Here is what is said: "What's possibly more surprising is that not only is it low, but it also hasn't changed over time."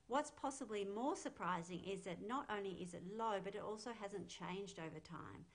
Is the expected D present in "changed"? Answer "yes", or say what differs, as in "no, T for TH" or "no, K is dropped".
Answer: yes